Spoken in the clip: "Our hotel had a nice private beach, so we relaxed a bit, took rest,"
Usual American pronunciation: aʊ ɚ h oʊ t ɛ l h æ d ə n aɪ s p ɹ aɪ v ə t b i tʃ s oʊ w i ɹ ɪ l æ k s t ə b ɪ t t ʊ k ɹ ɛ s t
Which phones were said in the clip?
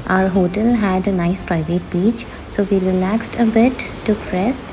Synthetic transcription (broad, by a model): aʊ ɚ h oʊ t ɛ l h æ d ə n aɪ s p ɹ aɪ v ə t b i tʃ s oʊ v i ɹ ɪ l æ k s t ə b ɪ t t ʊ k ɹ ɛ s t